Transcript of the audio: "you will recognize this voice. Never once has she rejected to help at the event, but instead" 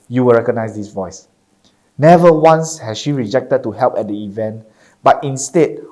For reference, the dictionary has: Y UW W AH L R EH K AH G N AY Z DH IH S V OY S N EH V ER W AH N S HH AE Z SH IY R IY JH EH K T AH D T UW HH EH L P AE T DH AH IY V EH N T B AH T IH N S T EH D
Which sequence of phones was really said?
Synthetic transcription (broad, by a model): Y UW W AH L R EH K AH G N AY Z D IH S V OY S N EH V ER W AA N S HH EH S SH IY R IY JH EH K T AH D T UW HH EH L P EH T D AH IY V EH N T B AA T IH N S T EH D